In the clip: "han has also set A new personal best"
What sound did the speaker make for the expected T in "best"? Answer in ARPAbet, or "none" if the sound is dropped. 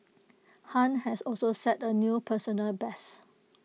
none